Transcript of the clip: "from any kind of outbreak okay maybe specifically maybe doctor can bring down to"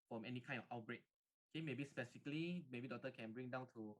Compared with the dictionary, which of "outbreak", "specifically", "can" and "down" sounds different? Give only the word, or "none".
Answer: specifically